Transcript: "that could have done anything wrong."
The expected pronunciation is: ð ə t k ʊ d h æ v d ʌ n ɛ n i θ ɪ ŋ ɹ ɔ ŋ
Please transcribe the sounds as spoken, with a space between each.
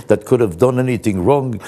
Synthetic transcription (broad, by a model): ð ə t k ʊ d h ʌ v d ʌ n ɛ n i θ ɪ ŋ ɹ ɔ ŋ